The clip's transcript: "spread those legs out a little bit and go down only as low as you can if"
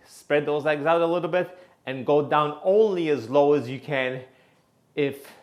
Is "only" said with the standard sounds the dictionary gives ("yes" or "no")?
yes